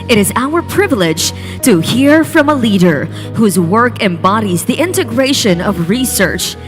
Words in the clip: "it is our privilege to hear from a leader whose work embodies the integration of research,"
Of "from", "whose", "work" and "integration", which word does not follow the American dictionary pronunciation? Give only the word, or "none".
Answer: none